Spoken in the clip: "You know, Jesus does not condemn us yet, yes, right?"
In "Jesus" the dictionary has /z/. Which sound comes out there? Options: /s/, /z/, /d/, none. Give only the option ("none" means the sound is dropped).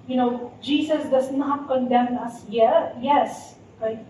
/s/